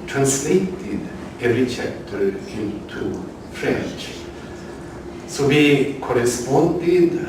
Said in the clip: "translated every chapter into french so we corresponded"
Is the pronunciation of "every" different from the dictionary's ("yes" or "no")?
yes